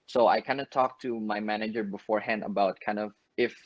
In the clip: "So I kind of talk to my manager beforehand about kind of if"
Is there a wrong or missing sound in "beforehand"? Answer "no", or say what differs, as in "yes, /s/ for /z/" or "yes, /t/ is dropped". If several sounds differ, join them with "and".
no